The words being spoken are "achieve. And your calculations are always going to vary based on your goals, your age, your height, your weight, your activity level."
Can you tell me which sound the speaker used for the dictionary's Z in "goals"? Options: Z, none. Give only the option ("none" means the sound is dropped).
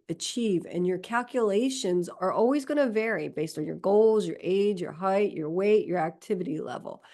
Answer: Z